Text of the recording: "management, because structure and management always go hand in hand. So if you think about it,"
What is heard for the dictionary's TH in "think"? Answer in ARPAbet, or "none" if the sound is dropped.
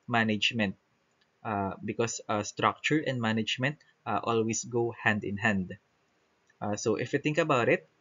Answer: T